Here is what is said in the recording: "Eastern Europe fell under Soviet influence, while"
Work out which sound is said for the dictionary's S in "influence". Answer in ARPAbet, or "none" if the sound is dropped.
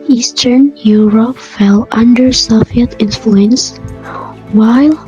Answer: S